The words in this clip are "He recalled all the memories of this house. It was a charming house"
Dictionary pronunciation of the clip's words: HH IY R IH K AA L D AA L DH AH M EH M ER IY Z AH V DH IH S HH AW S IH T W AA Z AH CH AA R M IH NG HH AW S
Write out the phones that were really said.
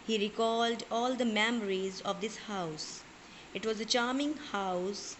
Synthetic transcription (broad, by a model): HH IY R IH K AA L D AA L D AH M EH M ER IY Z AH V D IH S HH AW S IH T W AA Z AH CH AA R M IH NG HH AW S